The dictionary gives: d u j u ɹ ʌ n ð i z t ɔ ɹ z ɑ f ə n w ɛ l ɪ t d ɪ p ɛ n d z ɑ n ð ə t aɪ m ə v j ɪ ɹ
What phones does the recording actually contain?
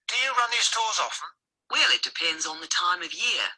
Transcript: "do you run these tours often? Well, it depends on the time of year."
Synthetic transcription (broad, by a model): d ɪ j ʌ ɹ ʌ n ð i z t ɔ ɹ z ɑ f ə n w ɛ l ɪ t d ɪ p ɛ n d z n ð ə t aɪ m ə v j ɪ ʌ